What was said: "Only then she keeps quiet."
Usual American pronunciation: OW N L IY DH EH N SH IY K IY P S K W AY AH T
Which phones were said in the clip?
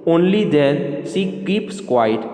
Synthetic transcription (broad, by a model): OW N L IY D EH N S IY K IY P S K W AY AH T